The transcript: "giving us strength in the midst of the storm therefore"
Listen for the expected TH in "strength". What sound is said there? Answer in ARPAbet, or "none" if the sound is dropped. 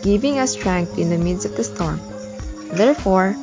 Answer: T